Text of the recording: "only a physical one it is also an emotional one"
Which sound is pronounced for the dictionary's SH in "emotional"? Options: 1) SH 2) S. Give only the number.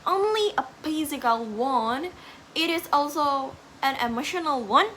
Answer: 1